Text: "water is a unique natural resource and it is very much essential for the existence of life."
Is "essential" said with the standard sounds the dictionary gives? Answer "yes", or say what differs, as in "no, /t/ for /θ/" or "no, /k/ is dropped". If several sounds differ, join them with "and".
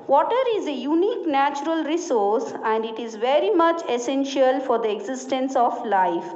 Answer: yes